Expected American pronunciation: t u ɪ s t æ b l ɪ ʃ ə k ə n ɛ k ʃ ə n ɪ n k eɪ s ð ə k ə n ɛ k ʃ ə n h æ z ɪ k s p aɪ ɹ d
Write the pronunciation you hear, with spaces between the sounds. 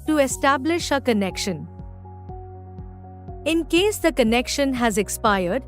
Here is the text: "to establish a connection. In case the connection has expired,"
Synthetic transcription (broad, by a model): t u ɪ s t æ b l ɪ ʃ ə k ə n ɛ k ʃ ə n ɪ n k eɪ s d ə k ə n ɛ k ʃ ə n h æ z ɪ k s p aɪ ɹ d